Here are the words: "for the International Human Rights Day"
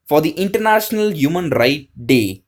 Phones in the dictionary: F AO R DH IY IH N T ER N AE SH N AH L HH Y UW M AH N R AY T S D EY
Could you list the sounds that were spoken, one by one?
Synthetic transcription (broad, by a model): F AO R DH IY IH N T ER N AE SH N AH L HH Y UW M AH N R AY T D EY